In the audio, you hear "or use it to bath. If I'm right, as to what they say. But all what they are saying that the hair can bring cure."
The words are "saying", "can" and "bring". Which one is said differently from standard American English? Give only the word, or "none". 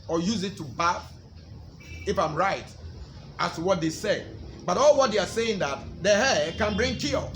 none